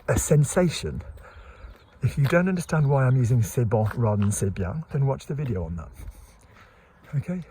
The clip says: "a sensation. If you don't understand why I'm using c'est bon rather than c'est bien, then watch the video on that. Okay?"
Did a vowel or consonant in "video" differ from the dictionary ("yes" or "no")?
no